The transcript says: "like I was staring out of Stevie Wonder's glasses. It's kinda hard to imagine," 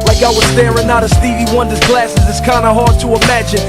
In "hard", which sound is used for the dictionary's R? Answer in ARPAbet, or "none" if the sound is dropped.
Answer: R